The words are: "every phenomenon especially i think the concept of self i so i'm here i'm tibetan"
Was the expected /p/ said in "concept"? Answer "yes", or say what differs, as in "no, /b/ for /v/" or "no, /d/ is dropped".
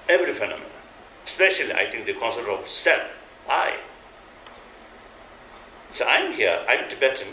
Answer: no, /p/ is dropped